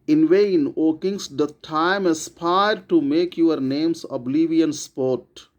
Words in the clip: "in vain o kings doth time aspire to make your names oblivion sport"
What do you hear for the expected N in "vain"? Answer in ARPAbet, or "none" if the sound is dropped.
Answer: N